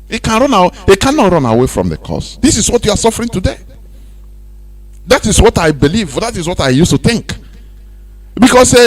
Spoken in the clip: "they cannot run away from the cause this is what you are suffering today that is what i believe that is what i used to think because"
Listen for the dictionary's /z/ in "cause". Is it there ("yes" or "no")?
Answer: no